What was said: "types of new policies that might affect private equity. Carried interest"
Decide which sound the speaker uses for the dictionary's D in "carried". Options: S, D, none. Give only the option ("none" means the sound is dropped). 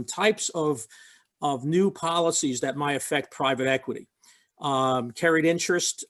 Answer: D